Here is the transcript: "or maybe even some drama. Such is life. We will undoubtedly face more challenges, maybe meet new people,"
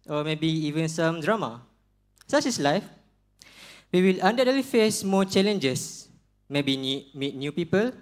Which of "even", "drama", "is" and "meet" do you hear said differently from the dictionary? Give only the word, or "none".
is